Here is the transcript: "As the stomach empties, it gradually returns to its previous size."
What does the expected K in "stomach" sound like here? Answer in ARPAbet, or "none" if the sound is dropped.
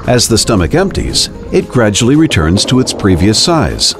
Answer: K